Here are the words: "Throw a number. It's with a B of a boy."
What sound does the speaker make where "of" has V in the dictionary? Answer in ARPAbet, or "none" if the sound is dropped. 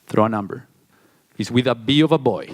V